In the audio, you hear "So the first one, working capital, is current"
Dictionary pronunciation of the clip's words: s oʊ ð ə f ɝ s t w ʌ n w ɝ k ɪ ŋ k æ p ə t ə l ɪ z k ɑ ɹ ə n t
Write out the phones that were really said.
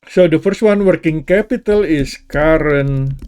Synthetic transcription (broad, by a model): s oʊ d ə f ɝ s t w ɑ n w ɝ k ɪ ŋ k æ p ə t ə l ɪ s k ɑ ɹ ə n